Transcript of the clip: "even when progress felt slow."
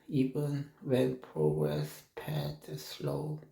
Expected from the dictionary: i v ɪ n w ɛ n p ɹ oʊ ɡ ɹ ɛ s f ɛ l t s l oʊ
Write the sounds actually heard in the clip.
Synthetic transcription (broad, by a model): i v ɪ n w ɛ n p ɹ oʊ ɡ ɹ ɛ s p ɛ t s l oʊ